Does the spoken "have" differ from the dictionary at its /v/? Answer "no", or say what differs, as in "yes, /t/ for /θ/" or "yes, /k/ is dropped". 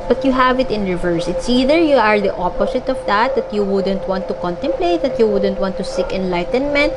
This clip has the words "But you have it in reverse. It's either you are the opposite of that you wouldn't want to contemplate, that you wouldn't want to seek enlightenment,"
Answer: no